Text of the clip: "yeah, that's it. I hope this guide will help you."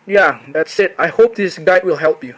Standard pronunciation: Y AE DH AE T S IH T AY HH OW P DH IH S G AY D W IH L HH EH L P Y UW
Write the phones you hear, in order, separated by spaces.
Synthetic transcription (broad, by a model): Y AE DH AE T S IH T AY HH OW P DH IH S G AY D W IH L HH EH L P Y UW